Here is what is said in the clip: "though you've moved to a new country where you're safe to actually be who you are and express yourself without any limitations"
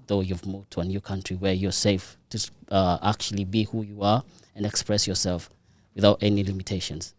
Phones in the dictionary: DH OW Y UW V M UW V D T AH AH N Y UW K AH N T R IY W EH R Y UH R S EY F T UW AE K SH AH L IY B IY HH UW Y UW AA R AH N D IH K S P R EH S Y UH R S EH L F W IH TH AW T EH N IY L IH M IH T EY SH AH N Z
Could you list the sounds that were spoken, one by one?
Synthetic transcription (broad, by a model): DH OW Y UW V M UW V D T AH AH N Y UW K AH N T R IY W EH R Y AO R S EY F T UW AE K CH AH L IY B IY HH UW Y UW AA R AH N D IH K S P R EH S Y UH R S EH L F W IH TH AW T EH N IY L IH M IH T EY SH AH N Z